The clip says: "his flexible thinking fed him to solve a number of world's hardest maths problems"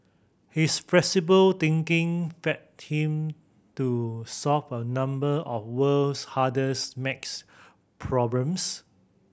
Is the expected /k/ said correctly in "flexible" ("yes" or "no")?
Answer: no